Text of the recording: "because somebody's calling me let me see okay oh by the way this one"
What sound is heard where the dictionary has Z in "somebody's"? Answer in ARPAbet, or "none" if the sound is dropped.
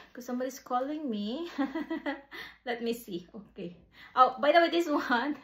S